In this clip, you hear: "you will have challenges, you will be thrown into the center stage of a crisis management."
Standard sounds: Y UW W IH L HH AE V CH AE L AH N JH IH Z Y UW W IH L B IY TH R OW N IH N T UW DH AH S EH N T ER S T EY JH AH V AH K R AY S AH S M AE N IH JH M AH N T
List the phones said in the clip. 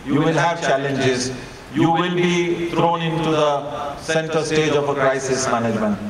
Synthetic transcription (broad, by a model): Y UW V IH L HH AE V CH AE L AH N JH IH Z Y UW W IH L B IY T R OW N IH N T UW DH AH S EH N T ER S T EY JH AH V AH K R AY S AH S M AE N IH JH M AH N T